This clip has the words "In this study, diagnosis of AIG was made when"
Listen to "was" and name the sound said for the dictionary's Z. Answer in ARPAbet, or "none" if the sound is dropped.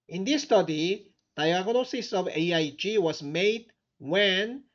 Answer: S